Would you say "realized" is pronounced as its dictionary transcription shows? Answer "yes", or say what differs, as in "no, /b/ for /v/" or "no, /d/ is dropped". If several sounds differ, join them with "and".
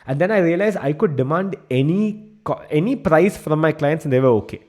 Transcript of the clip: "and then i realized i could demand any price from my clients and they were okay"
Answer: no, /d/ is dropped